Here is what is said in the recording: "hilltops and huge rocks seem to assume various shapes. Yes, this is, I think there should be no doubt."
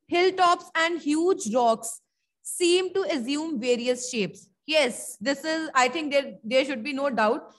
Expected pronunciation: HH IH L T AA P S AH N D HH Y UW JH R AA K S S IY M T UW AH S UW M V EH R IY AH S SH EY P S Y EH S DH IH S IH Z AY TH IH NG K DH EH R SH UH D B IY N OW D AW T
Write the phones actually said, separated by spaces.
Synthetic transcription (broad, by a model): HH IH L T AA P S AH N D HH Y UW JH R AA K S S IY M T UW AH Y UW M V EH R IY AH S SH EY P S Y EH S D IH S IH Z AY T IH NG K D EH R SH UH D B IY N OW D AW T